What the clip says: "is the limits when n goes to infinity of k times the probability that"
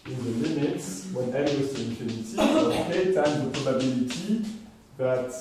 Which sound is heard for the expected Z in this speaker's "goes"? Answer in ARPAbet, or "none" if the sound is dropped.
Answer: S